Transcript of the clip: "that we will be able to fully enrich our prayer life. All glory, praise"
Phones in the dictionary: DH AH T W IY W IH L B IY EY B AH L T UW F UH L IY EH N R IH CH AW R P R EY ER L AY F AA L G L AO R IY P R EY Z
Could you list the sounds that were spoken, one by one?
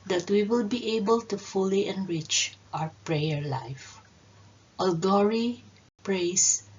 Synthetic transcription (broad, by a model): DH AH T W IY W IH L B IY EY B AH L T UW F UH L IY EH N R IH CH AW R P R EY ER L AY F AA L G AO R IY P R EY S